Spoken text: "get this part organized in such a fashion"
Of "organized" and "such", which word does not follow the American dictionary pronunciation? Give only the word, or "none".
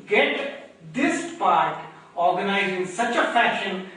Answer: organized